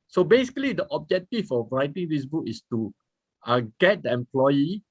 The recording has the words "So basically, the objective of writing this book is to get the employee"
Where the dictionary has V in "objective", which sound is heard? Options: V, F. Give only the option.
F